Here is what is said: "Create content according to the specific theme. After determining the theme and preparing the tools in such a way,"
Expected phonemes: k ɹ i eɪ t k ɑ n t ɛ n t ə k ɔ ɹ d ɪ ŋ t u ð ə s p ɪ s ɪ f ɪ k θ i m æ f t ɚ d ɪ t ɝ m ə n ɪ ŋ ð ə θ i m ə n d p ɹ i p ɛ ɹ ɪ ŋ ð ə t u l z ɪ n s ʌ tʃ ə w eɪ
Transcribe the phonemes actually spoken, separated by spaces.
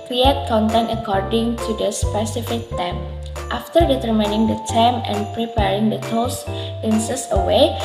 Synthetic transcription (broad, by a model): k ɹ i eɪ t k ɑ n t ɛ n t ə k ɔ ɹ d ɪ ŋ t u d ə s p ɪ s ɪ f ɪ k t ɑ m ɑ f t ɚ d ɪ t ɝ m ə n ɪ ŋ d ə t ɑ m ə n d p ɹ i p ɛ ɹ ɪ ŋ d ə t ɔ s ɪ n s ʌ s ə w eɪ